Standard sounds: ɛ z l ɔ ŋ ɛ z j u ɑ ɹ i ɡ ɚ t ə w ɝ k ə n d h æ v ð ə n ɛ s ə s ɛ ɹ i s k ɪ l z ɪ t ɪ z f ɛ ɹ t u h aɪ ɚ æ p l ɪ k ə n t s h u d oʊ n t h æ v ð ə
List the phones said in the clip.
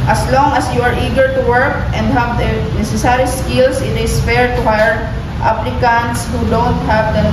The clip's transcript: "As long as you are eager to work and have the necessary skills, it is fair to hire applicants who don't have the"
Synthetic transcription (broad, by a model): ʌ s l ɔ ŋ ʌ s j u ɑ ɹ i ɡ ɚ t ə w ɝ k ə n d h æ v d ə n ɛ s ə s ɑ ɹ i s k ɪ l s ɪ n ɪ s f ɛ ɹ t u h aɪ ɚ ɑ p l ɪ k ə n t s h u d oʊ n t h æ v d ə